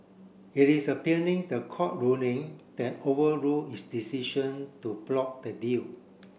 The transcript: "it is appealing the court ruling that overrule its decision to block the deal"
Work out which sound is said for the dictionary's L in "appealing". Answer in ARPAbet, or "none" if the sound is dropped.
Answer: N